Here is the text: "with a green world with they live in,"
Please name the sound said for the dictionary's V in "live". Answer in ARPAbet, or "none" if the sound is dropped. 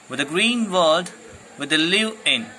none